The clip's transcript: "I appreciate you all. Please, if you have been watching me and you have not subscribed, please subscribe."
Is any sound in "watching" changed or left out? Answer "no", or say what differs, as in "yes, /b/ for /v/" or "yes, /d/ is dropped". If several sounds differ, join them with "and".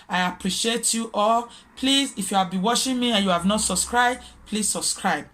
yes, /ʃ/ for /tʃ/